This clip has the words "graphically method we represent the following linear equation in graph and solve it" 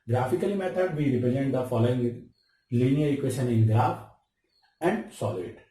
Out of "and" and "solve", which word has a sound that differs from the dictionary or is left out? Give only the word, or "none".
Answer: solve